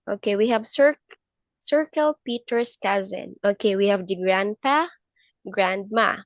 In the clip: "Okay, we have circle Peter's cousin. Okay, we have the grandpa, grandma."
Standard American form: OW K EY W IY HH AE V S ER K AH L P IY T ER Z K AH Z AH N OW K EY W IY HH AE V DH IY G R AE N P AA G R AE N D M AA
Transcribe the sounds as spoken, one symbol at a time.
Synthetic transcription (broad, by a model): OW K EY W IY HH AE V S ER K AH L P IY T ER S K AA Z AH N OW K EY W IY HH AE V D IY G R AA N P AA G R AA N D M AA